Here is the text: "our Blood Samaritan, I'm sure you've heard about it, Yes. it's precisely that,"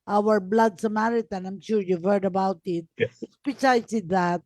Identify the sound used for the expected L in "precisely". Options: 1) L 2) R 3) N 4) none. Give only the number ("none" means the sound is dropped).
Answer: 4